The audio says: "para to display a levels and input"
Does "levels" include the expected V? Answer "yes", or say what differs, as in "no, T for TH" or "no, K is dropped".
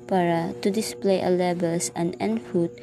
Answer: no, B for V